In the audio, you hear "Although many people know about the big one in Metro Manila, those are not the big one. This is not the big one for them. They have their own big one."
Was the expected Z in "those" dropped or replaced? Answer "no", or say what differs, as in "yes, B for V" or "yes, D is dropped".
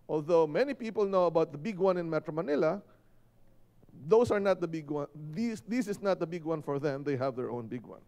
yes, S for Z